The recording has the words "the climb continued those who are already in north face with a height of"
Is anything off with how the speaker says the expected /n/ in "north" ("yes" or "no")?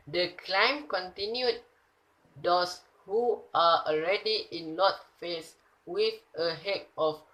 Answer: yes